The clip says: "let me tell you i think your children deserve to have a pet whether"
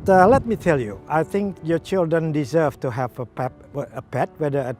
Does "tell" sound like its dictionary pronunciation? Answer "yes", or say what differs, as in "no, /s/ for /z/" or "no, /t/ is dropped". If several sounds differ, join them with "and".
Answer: yes